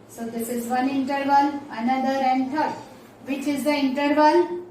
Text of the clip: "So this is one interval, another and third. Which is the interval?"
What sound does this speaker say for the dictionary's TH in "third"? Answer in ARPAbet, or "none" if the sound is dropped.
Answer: T